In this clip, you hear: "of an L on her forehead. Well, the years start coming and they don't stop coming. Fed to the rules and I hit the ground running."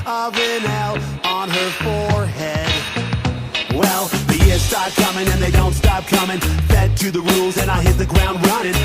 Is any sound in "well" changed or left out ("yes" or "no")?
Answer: no